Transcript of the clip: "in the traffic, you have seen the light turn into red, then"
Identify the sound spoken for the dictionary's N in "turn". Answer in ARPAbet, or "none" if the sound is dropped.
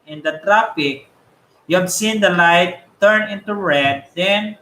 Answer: N